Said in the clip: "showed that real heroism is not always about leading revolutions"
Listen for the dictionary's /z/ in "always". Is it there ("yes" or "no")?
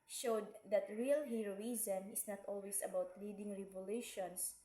no